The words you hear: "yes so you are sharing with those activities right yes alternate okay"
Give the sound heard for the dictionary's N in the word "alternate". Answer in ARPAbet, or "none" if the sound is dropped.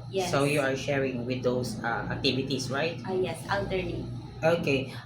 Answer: L